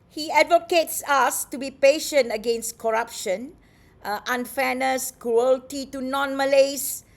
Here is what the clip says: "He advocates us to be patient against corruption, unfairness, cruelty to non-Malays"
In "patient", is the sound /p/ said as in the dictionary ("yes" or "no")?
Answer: yes